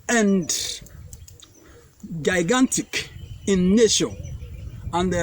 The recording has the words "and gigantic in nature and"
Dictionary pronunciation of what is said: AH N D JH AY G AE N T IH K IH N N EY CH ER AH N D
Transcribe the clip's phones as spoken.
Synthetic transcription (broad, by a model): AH N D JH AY G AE N T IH K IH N N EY SH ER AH N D